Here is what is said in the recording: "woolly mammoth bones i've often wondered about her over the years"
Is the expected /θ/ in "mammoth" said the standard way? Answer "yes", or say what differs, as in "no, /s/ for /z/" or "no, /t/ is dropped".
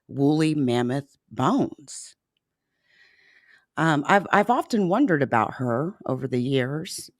yes